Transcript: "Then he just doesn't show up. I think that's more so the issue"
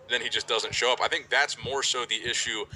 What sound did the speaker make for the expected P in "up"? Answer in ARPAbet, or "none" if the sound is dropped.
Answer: P